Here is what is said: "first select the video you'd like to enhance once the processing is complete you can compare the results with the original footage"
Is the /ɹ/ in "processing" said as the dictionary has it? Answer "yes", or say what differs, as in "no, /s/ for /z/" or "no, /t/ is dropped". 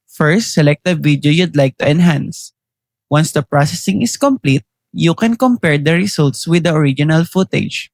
yes